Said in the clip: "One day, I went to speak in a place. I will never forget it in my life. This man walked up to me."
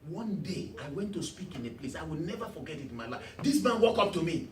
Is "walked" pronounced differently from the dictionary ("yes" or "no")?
yes